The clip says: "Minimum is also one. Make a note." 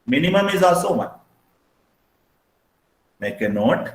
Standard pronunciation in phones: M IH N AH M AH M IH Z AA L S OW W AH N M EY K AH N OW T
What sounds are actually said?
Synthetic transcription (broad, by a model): M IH N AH M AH M IH Z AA S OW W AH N M EY K AH N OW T